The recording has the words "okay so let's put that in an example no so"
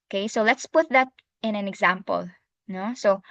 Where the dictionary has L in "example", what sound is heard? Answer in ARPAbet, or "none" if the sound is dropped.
L